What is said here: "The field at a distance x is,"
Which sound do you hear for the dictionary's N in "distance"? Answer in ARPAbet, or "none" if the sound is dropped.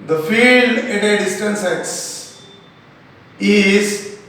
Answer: N